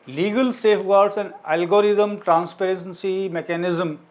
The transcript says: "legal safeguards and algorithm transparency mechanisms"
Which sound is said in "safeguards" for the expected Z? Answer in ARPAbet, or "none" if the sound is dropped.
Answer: S